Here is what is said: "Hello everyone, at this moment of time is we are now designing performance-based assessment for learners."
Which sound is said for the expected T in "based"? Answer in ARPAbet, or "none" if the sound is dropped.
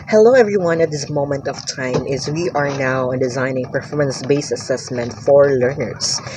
none